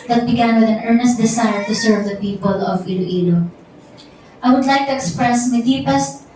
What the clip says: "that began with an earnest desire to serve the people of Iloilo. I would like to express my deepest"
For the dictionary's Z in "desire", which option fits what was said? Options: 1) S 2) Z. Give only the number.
1